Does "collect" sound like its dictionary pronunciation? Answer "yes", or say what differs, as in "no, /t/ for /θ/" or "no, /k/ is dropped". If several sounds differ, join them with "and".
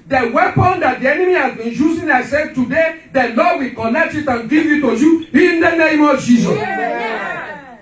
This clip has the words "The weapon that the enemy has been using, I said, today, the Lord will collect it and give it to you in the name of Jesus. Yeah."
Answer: no, /n/ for /l/